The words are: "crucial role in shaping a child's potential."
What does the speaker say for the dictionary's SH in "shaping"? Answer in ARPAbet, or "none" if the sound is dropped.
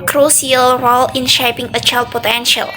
SH